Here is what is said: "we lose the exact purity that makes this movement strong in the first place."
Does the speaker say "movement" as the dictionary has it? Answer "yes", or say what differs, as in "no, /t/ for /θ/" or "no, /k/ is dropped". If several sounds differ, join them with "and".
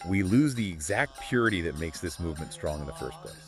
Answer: yes